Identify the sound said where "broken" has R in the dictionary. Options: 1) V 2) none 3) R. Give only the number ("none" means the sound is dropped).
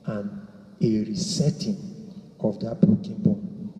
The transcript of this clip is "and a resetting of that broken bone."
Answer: 2